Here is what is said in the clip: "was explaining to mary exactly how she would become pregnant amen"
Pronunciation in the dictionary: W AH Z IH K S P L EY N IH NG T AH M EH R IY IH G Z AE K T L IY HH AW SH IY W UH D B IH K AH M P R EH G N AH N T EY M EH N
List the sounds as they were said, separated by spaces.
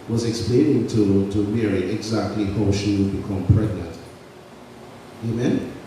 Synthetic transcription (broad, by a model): W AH Z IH K S P L EY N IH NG T AH M EH R IY IH G Z AE K T L IY HH AW SH IY W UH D B IH K AH M P R EH G N AH N T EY M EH N